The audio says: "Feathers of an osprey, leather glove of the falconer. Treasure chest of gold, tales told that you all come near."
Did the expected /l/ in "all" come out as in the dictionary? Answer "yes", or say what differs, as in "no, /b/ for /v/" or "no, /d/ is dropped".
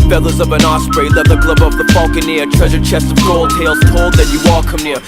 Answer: yes